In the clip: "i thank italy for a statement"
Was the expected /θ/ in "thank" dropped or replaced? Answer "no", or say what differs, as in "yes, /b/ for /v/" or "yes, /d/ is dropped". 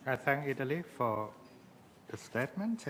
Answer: no